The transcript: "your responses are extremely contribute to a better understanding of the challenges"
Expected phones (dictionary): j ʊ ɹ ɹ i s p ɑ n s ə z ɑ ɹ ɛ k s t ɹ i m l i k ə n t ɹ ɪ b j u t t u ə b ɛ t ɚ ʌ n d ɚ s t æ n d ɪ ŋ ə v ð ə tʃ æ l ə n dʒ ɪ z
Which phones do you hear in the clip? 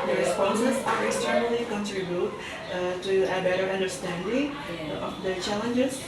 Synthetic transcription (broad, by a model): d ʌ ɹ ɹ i s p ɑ n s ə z ɑ ɹ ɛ k s t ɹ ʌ l i k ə n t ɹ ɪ b j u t t u ə b ɛ t ɚ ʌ n d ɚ s t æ n d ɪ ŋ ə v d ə tʃ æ l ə n dʒ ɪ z